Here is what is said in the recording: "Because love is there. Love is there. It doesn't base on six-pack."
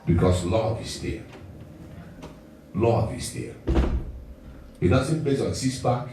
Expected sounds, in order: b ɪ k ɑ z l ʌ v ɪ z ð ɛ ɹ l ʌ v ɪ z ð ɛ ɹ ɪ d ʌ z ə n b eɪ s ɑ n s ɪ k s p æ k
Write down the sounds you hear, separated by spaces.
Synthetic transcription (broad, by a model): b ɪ k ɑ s l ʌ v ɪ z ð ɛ l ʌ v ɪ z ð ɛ ɪ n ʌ s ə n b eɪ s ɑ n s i s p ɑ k